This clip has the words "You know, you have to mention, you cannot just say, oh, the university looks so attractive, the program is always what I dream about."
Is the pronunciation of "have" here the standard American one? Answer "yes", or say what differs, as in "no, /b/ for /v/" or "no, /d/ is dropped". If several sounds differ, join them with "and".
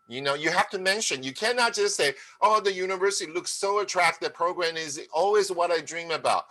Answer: no, /f/ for /v/